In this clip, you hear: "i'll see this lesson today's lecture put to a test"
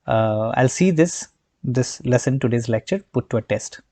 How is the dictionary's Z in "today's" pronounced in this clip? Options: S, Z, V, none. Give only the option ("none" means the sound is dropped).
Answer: Z